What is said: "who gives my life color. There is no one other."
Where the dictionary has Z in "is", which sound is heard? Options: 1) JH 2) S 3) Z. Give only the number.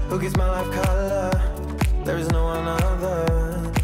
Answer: 3